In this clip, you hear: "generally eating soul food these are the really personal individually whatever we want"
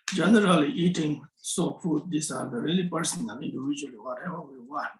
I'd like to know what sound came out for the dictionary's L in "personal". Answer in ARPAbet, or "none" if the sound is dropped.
N